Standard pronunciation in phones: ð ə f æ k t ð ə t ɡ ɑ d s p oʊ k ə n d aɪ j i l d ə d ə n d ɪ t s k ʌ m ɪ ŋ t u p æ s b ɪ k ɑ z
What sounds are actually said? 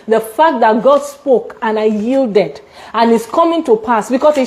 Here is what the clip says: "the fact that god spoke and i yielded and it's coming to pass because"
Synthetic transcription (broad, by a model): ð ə f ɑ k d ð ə t ɡ ɑ d s p oʊ k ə n aɪ j i l d ə d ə n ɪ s k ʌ m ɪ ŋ t u p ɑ s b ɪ k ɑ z